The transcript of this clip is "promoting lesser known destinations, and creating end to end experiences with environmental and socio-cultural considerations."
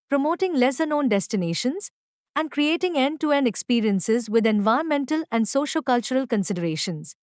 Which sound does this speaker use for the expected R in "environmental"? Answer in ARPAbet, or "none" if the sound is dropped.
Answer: none